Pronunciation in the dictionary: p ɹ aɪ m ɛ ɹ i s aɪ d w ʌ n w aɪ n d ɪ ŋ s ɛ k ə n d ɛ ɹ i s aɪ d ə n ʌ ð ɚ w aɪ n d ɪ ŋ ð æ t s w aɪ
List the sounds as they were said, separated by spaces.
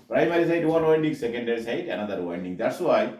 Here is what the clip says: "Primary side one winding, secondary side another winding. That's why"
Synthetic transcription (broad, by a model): p ɹ aɪ m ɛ ɹ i s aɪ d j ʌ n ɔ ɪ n d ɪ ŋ s ɛ k ə n d ɛ ɹ i s aɪ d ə n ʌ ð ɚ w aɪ n d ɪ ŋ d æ t s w aɪ